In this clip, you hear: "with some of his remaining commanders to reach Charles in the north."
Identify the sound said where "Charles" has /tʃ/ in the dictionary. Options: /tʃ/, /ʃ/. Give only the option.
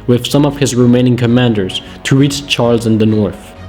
/tʃ/